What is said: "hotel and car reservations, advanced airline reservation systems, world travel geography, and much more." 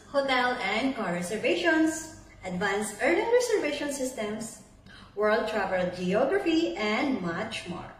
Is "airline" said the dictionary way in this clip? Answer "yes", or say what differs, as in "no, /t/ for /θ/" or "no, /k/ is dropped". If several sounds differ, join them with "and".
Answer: no, /n/ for /l/